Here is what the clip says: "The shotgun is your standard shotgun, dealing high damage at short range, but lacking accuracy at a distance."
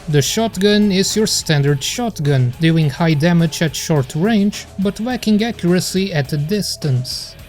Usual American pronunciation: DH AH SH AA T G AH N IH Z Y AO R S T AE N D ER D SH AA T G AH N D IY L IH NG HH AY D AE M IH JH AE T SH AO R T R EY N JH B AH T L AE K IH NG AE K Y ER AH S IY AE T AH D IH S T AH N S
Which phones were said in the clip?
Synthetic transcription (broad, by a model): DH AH SH AA T G AH N IH Z Y AO R S T AE N D ER D SH AA T G AH N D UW IH NG HH AY D AE M IH JH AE T SH AO R T R EY N JH B AH T W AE K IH NG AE K Y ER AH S IY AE T AH D IH S T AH N S